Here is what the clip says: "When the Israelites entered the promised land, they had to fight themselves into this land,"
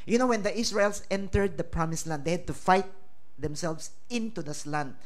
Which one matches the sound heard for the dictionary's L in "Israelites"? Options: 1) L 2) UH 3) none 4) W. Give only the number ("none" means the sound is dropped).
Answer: 3